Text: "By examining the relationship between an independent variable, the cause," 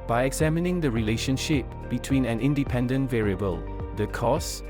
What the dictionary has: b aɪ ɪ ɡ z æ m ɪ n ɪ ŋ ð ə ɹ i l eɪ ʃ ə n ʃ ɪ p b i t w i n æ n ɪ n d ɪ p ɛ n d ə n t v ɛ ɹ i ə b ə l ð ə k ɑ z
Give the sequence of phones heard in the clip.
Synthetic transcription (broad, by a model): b aɪ ɪ ɡ z æ m ɪ n ɪ ŋ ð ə ɹ i l eɪ ʃ ə n ʃ ɪ p b i t w i n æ n ɪ n d ɪ p ɛ n d ə n t v ɛ ɹ i ə b ə l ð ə k ɑ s